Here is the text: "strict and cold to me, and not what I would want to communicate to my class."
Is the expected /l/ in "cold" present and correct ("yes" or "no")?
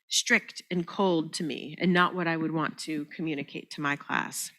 yes